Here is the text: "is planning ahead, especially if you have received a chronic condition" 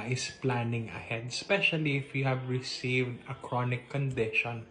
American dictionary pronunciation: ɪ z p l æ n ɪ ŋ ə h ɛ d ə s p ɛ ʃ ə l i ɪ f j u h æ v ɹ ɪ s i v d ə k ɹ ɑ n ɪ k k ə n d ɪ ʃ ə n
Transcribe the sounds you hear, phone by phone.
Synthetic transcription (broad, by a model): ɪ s p l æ n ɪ ŋ ə h ɛ d ə s p ɛ ʃ ə l i ɪ f j u h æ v ɹ ɪ s i v d ə k ɹ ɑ n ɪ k k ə n d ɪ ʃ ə n